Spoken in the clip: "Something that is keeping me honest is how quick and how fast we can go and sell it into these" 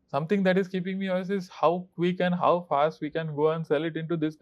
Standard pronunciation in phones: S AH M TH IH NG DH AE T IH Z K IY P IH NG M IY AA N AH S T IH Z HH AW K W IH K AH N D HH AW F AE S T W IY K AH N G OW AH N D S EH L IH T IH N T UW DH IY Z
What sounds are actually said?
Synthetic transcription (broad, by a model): S AH M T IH NG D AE T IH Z K IY P IH NG M IY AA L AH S IH Z HH AW K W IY K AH N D HH AW F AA S T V IY K AH N G OW AH N D S EH L IH T IH N T UW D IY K